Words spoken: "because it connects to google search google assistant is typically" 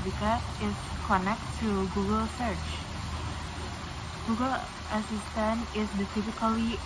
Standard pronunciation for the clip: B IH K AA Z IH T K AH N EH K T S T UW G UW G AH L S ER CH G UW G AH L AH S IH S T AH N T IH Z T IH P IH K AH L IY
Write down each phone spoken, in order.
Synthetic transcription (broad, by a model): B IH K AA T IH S K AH N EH K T T UW G UW G AH L S ER CH G UW G AH L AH S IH S T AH N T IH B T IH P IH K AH L IY